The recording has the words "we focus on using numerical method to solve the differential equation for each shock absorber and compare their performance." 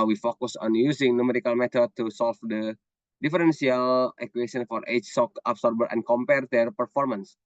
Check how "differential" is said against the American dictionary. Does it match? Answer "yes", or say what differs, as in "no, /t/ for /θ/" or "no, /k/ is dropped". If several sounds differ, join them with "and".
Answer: no, /s/ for /ʃ/